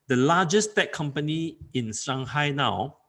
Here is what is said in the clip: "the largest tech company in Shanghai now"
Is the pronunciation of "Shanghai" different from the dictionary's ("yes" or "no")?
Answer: yes